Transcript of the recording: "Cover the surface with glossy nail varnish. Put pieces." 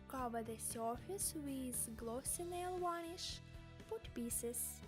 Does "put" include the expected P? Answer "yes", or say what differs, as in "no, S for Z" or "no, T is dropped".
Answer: no, F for P